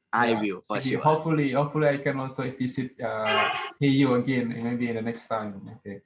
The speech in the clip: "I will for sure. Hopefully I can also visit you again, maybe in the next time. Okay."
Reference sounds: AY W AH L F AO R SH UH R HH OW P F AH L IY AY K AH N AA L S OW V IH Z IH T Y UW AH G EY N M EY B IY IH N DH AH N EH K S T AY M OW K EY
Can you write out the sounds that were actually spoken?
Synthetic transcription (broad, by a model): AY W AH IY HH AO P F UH L HH OW P F AH L IY AY K AH N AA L S OW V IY S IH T Y UW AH G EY N M EY B IY IH N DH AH N EH K S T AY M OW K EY